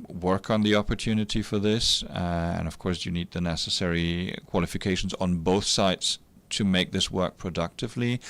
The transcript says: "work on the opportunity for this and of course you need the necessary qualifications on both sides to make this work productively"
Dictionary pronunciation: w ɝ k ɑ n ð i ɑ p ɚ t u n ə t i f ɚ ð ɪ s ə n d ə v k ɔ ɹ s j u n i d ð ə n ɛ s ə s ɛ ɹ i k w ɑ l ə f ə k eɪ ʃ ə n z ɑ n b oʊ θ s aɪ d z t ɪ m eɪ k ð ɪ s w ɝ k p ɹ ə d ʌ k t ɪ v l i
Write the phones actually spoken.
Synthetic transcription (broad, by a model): w ɝ k n ð i ɑ p ɚ t u n ə t i f ɚ ð ɪ s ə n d ə v k ɔ ɹ s j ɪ n i d ð ə n ɛ s ə s ɛ ɹ i k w ɑ l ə f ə k eɪ ʃ n z n b oʊ θ s aɪ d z t ɪ m eɪ k ð ɪ s w ɝ k p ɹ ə d ʌ k t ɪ v l i